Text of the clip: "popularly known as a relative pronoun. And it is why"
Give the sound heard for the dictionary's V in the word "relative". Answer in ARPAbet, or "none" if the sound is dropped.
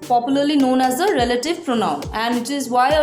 V